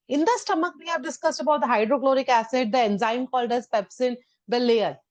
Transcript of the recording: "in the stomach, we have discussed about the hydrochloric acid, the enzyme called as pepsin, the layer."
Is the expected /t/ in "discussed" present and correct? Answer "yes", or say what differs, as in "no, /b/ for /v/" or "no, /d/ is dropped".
yes